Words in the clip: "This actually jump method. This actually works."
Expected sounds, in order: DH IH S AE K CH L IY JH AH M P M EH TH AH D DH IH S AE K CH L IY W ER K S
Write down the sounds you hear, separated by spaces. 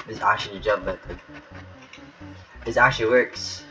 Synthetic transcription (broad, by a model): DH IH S AE K CH L IY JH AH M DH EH T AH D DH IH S AE K CH L IY W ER K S